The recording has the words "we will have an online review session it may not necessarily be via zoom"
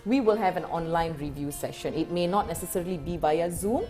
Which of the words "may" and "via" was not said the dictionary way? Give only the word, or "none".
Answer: via